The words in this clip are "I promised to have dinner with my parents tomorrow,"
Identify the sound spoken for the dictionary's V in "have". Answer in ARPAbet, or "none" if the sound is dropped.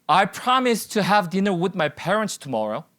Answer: V